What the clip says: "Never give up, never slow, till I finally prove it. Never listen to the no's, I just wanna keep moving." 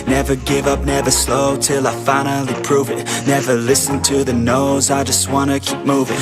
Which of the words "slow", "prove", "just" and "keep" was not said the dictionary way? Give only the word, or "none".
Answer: none